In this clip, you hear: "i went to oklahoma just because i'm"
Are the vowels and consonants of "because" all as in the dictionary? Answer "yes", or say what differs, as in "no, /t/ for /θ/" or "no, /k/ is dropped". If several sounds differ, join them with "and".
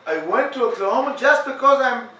yes